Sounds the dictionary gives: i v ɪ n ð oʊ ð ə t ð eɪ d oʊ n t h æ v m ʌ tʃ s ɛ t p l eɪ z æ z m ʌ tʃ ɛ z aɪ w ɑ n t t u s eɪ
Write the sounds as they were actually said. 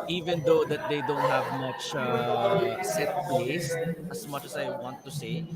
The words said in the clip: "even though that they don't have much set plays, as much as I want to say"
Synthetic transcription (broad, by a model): i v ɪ n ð oʊ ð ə t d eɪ d oʊ n t h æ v m ʌ tʃ s ɛ t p l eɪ s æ s m ʌ tʃ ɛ s aɪ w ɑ n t t u s eɪ